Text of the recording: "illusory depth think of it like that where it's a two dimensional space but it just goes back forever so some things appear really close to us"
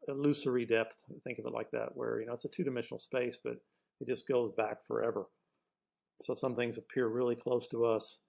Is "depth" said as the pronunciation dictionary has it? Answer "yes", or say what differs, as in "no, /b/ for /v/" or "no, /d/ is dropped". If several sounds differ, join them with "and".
yes